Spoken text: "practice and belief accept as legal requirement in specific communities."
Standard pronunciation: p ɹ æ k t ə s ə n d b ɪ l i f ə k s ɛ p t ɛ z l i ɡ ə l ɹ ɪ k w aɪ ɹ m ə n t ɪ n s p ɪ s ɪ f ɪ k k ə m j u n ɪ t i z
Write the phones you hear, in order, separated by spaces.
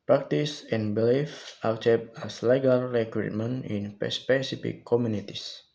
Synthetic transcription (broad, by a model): p ɹ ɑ k t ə s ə n b ɪ l i f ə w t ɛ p ɑ s l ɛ ɡ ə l ɹ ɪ k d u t m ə n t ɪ n s p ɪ s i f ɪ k k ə m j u n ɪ t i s